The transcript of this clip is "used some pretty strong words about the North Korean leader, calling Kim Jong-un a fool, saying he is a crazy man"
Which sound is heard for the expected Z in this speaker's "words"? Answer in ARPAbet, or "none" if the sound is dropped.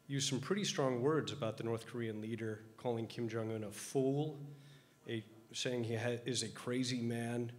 Z